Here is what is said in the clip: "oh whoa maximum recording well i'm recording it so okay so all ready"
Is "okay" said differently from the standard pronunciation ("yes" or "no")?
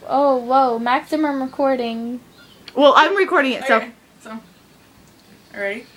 yes